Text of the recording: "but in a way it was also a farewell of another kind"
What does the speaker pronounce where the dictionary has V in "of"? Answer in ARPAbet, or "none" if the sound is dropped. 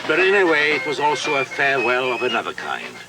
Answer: V